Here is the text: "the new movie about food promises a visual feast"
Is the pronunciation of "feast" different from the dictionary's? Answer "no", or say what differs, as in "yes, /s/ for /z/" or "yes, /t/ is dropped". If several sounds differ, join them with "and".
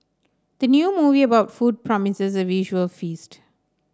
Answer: no